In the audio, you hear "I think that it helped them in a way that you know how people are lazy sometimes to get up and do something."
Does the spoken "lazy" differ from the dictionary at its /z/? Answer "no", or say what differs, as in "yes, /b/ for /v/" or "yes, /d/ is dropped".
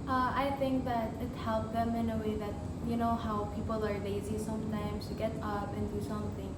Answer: no